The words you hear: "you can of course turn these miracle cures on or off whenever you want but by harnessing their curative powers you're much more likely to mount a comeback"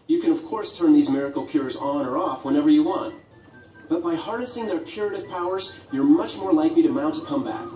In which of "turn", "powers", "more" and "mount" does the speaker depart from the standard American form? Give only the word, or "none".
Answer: none